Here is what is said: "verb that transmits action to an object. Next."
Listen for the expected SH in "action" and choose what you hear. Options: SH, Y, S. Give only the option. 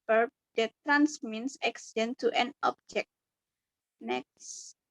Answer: S